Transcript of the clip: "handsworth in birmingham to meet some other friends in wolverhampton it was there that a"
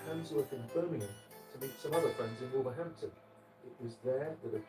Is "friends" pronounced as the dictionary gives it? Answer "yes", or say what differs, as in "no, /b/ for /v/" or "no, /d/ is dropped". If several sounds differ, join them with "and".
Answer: yes